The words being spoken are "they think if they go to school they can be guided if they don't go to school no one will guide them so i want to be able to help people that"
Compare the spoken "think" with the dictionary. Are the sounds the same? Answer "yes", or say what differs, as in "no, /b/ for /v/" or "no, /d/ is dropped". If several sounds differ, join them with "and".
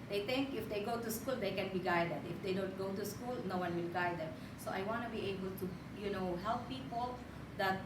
no, /t/ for /θ/